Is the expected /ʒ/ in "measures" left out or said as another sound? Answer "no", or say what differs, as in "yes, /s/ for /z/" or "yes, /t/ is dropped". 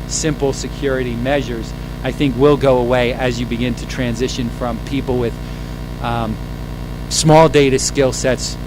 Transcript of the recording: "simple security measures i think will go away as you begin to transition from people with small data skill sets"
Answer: no